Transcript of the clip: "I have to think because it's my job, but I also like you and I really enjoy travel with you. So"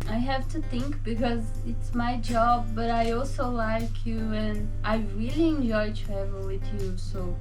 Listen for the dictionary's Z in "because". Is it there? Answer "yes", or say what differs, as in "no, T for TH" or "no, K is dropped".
yes